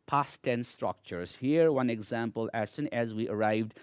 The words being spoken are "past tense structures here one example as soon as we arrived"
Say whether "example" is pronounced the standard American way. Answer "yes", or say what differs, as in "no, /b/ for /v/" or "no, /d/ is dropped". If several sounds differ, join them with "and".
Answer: yes